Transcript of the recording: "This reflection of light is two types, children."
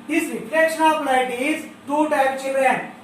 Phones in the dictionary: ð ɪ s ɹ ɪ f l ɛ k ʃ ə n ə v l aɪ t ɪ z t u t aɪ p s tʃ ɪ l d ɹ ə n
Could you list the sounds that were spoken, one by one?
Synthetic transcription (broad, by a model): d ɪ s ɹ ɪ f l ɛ k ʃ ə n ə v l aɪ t ɪ z t u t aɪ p tʃ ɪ l d ɹ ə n